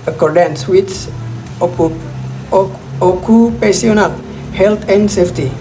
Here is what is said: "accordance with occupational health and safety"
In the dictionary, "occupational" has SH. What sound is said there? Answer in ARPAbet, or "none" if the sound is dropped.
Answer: S